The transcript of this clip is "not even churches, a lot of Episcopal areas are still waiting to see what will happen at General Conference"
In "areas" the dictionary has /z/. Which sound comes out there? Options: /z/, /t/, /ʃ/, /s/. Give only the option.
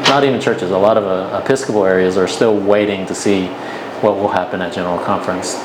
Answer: /z/